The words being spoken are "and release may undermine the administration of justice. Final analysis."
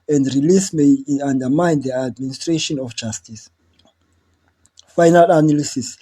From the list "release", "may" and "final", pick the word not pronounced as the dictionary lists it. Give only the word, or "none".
none